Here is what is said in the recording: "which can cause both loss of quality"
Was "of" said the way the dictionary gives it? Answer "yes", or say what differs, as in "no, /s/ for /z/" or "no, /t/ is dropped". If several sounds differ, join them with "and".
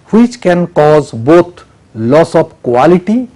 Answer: no, /p/ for /v/